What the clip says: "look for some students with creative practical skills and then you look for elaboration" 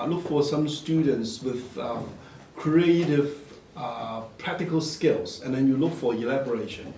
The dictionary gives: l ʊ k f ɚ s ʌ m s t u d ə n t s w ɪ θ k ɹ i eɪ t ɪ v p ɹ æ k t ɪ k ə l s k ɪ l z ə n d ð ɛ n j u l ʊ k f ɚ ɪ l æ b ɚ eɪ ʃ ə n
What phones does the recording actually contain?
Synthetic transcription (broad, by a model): l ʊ k f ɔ s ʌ m s t u d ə n t s w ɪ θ k ɹ i eɪ t ɪ v p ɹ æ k t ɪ k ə l s k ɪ l s ə n d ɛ n j u l ʊ k f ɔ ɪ l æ b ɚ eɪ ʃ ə n